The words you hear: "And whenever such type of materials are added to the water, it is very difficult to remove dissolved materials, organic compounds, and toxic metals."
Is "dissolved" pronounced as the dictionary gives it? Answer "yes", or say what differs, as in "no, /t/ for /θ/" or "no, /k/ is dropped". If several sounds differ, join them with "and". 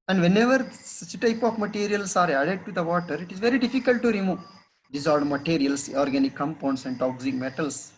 no, /v/ is dropped